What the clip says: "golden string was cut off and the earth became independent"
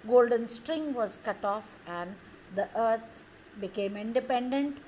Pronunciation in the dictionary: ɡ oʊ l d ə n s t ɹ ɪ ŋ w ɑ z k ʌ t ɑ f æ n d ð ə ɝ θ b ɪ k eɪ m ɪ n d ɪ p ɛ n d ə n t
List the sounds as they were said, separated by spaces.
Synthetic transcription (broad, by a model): ɡ oʊ l d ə n s t ɹ ɪ ŋ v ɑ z k ʌ t ɑ f æ n d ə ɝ t b ɪ k eɪ m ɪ n d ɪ p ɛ n d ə n t